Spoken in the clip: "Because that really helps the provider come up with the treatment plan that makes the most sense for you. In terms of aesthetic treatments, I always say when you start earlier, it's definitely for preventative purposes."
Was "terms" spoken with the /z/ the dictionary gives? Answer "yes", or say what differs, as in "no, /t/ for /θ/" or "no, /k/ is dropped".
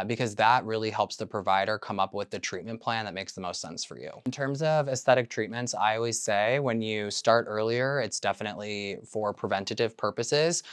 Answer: yes